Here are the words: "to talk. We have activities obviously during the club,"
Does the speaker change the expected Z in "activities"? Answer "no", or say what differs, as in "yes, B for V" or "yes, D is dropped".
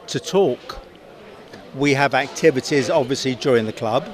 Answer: no